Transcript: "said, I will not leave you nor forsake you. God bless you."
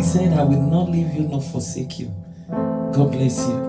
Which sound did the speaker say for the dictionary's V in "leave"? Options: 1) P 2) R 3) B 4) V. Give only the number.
4